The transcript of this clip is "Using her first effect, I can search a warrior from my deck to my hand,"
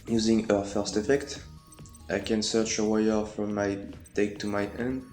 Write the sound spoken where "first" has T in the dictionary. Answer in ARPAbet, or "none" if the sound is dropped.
T